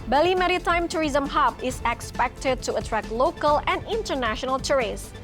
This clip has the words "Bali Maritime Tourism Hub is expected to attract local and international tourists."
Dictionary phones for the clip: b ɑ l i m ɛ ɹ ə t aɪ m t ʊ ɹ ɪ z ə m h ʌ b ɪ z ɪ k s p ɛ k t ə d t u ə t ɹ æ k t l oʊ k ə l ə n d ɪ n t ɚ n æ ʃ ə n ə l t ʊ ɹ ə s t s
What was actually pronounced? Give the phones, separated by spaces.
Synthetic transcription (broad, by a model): b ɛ l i m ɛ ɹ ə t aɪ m t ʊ ɹ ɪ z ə m h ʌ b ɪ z ɪ k s p ɛ k t ə d t u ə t ɹ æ k l oʊ k ə l ə n d ɪ n t ɚ n æ ʃ ə n ə l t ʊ ɹ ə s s